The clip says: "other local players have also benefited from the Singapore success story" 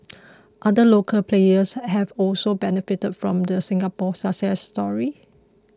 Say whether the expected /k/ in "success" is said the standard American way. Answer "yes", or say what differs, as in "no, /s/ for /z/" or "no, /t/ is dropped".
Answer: no, /k/ is dropped